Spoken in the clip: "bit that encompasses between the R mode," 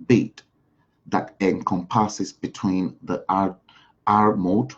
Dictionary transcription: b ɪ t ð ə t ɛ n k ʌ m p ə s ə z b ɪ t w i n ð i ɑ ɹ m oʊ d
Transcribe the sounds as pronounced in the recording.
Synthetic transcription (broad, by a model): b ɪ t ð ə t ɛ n k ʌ m p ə s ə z b ɪ t w i n ð i ɑ ɹ m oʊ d